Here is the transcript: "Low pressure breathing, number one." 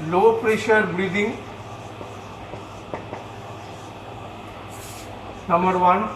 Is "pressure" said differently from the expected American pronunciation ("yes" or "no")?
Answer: no